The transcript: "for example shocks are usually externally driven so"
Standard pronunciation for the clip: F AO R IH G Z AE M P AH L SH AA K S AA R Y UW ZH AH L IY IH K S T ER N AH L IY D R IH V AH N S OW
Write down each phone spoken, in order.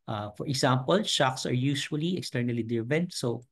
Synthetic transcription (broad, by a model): F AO R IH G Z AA M P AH L SH AA K S AA R Y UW SH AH L IY IH K S T ER N AH L IY D IH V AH N S OW